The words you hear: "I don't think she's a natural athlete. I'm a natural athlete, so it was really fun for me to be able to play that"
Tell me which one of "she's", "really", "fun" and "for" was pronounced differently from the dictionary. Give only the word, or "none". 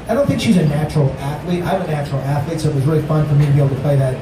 none